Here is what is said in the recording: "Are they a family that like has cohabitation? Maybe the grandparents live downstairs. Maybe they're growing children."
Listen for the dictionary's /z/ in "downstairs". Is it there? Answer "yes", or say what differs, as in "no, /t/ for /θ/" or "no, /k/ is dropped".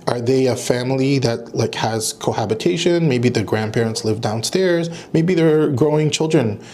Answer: yes